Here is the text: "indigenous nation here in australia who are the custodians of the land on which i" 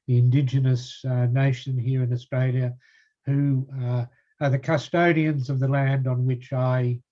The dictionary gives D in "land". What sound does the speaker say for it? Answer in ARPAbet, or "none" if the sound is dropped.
D